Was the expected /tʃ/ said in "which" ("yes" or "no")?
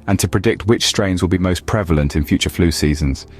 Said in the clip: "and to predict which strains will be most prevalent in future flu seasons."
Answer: yes